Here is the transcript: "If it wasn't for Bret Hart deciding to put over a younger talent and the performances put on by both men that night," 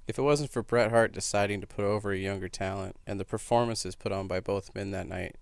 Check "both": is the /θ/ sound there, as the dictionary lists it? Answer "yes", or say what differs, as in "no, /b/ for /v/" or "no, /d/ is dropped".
yes